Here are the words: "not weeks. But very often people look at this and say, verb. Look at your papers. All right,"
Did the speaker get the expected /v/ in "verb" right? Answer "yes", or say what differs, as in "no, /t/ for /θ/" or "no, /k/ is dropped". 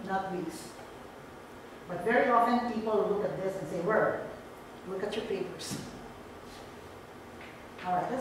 no, /w/ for /v/